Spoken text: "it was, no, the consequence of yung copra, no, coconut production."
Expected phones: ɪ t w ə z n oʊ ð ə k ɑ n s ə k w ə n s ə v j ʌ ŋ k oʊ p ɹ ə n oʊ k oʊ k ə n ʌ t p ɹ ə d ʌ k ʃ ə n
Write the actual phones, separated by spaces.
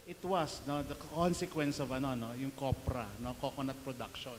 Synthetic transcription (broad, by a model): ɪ t w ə s n oʊ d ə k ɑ n s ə k w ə n s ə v j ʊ ŋ k oʊ p ɹ ə n oʊ k oʊ k ə n ʌ t p ɹ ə d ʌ k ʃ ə n